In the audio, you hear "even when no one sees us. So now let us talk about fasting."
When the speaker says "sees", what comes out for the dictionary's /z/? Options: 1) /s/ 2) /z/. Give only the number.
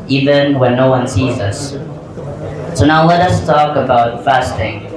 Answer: 2